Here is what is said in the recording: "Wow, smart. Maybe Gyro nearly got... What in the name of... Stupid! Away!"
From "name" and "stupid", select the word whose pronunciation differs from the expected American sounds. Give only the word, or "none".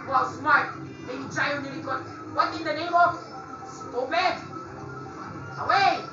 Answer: stupid